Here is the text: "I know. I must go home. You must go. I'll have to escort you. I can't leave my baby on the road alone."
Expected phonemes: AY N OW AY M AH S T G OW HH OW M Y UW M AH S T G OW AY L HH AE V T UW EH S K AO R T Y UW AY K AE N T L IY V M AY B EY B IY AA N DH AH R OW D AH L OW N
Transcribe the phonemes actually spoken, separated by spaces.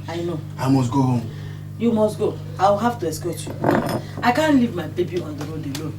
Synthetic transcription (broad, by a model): AY N OW AY M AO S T G OW HH OW M Y UW M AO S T G OW AY W HH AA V T UW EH S K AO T Y UW AY K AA N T L IY V M AY B EY B IY AA N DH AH R OW D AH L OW